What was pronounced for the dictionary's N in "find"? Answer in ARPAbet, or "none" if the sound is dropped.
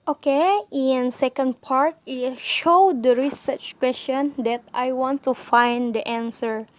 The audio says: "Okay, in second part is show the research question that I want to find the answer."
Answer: N